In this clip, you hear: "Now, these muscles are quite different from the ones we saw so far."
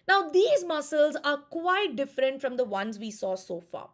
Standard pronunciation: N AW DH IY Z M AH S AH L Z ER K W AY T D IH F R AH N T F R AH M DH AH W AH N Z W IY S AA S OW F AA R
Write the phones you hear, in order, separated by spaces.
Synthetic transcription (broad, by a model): N AW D IY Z M AH S AH L Z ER K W AY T D IH F R AH N T F R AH M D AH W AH N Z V IY S AA S OW F AA